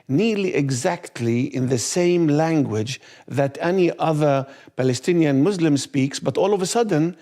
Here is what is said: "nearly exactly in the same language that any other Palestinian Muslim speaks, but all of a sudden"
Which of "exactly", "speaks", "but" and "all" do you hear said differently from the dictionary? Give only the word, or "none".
none